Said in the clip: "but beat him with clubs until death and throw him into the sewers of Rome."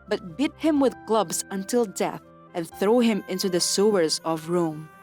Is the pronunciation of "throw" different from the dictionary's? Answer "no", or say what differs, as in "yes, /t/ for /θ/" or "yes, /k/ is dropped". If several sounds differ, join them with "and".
no